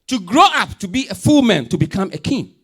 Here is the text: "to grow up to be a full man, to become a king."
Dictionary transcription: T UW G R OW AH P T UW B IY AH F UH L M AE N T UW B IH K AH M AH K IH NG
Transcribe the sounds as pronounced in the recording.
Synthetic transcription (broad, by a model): T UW G R OW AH P T UW B IY AH F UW L M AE N T UW B IH K AH M AH K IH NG